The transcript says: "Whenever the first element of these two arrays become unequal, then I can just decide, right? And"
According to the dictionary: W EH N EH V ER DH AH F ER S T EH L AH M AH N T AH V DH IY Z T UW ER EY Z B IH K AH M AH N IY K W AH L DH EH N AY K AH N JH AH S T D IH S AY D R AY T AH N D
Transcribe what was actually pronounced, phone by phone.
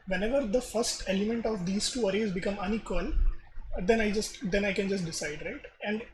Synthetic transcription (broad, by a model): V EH N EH V ER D AH F ER S T EH L AH M AH N T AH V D IY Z T UW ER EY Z B IH K AH M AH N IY K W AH L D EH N AY K AH N JH AH S T D IH S AY D R AY T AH N D